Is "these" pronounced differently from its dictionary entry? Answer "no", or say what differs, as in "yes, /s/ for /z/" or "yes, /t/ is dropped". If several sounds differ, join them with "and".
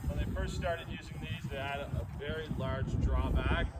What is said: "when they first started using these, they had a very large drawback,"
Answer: no